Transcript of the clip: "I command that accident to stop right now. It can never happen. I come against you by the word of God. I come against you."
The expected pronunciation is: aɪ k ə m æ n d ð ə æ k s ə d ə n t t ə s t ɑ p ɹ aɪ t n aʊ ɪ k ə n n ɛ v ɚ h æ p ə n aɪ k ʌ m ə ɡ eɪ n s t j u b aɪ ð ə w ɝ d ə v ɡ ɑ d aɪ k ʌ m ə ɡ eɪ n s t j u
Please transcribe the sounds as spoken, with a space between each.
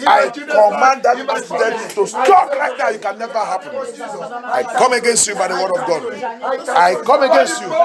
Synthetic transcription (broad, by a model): aɪ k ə m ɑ n d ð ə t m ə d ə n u t ə s t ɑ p l aɪ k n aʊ ɪ k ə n n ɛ v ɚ h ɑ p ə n aɪ k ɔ m ə ɡ eɪ n s t j u b aɪ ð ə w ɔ d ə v ɡ ɑ d aɪ k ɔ m ə ɡ eɪ n s t j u